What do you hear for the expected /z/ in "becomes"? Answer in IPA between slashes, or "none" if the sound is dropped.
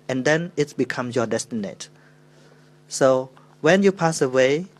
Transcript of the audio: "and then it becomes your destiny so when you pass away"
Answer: none